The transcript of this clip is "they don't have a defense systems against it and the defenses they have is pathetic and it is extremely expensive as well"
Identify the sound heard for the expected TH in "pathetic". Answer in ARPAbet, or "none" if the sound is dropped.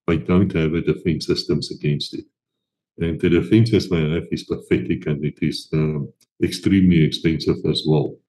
F